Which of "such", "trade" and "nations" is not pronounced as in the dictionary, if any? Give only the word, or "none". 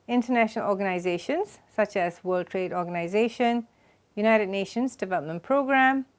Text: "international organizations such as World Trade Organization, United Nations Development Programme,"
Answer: none